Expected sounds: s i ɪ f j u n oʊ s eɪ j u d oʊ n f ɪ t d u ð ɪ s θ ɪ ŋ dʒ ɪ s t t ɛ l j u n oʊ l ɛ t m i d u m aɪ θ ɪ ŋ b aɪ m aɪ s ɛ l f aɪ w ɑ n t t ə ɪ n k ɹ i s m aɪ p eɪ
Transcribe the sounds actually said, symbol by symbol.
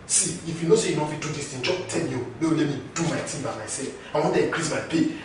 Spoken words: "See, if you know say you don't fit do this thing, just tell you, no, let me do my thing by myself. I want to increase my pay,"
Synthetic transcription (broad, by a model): s i ɪ f j u n oʊ s eɪ j u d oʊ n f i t d u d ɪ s t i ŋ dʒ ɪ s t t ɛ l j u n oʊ l ɛ t m i d u m aɪ t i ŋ b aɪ m aɪ s ɛ l f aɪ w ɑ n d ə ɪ k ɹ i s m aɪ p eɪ